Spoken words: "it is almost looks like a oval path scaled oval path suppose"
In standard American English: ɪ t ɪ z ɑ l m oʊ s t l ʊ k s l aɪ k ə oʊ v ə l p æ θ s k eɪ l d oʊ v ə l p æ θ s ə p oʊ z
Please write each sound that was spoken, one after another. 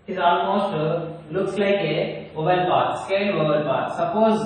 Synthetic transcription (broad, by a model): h ɪ z ɑ l m oʊ s t l ʊ k s l aɪ k ə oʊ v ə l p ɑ t s k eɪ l oʊ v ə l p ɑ t s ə p oʊ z